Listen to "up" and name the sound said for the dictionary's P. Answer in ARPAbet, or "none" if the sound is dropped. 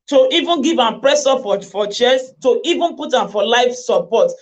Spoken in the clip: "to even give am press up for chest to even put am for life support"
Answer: F